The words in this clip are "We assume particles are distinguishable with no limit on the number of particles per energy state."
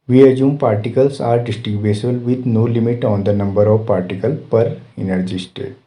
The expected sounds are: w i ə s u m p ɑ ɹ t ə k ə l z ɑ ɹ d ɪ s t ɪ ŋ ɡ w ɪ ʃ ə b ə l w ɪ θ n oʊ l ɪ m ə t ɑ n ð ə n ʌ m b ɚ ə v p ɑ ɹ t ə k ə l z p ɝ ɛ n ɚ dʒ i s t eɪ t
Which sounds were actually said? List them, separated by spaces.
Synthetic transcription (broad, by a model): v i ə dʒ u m p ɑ ɹ t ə k ə l s ɑ ɹ d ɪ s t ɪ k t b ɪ s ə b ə l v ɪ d n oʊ l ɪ m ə t ɑ n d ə n ʌ m b ɚ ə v p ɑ ɹ t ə k ə l p ɝ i n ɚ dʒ i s t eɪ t